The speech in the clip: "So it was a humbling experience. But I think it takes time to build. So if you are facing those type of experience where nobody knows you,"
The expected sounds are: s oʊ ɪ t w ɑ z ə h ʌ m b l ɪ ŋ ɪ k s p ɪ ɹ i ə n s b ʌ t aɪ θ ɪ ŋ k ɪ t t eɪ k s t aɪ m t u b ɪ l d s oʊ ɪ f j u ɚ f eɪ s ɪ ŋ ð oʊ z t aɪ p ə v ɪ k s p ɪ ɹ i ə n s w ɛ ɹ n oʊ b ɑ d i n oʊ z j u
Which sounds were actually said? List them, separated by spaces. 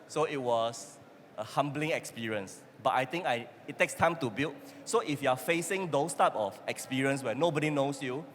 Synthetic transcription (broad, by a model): s oʊ ɪ t w ɑ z ə h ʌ m b l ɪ ŋ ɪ k s p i ɹ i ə n s b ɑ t aɪ t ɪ ŋ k ɪ t t eɪ k s t aɪ m t u b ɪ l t s oʊ ɪ f j u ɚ f eɪ s ɪ ŋ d oʊ s t aɪ p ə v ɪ k s p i ɹ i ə n s w ɛ n oʊ b ɑ d i n oʊ s j u